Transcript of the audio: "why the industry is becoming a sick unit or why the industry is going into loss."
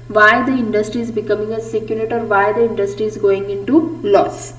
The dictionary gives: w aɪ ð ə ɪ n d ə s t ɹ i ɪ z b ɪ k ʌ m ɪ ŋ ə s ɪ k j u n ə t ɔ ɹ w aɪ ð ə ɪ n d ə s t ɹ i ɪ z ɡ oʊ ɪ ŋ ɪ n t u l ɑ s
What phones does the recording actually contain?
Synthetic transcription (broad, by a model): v aɪ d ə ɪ n d ə s t ɹ i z b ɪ k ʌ m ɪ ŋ ə s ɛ k j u l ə t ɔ ɹ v aɪ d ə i n d ə s t ɹ i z ɡ oʊ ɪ ŋ ɪ n t u l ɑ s